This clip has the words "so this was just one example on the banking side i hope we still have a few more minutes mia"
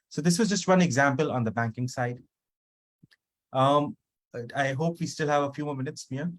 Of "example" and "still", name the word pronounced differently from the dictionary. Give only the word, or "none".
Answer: none